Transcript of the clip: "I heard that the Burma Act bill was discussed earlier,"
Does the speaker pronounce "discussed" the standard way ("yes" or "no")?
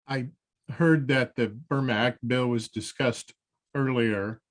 yes